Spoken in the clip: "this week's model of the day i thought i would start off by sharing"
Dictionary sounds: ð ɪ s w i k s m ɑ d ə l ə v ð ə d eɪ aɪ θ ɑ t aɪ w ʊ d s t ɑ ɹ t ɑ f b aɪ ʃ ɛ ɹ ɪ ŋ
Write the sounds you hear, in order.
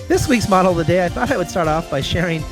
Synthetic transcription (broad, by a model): ð ɪ s w i k s m ɑ d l ð ə d eɪ aɪ θ ɑ t aɪ w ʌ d s t ɑ ɹ t ɑ f b aɪ ʃ ɛ ɹ ɪ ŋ